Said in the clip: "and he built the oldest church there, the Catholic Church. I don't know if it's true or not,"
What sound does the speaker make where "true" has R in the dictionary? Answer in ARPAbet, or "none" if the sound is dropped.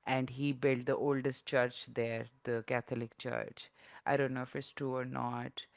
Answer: none